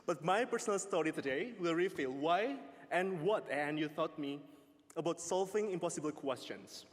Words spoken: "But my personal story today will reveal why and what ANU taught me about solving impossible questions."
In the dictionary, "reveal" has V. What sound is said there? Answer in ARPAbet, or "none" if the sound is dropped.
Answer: F